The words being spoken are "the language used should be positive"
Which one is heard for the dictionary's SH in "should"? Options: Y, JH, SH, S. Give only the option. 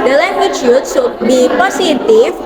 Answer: S